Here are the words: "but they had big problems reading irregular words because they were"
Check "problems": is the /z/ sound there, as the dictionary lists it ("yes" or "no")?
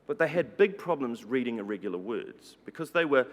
yes